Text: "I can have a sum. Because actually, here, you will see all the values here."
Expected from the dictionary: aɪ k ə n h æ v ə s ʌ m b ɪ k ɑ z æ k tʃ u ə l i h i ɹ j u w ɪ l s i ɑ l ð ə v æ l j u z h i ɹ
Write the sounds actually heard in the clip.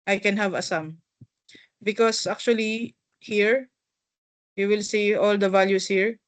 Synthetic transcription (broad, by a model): aɪ k ə n h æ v ə s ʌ m b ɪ k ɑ s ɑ k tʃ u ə l i h i ɹ j u w ɪ l s i ɑ l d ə v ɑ l j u s h i ɹ